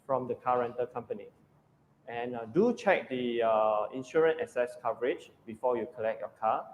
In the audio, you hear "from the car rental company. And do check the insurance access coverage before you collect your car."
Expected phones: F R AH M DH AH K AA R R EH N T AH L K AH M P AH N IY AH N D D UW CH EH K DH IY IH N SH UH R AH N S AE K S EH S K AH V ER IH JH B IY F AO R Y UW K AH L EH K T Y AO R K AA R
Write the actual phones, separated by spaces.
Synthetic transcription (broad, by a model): F R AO M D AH K AA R R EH N T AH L K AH M P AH N IY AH N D D UW CH EH K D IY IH N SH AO R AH N EH S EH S K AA V ER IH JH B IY F AO Y UW K AH L EH K T Y AO K AA